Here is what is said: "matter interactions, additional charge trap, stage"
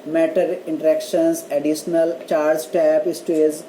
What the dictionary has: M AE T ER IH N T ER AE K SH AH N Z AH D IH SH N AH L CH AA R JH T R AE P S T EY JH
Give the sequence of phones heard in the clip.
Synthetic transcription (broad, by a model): M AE T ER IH N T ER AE K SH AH N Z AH D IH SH N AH L CH AA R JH T AE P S T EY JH